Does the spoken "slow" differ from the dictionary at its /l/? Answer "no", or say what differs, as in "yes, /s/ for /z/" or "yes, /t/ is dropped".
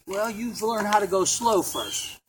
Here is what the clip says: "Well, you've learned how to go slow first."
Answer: no